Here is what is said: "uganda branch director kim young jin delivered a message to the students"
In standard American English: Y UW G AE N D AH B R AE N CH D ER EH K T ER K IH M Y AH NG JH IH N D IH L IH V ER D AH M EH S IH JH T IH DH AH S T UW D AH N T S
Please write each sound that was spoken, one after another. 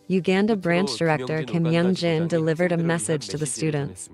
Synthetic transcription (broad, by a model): Y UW G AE N D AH B R AE N CH D ER EH K T ER K IH M Y AH NG JH IH N D IH L IH V ER D AH M EH S IH JH T IH DH AH S T UW D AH N T S